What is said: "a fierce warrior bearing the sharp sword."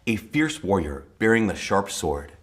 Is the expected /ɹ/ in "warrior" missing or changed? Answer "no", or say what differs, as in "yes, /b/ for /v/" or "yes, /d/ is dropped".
no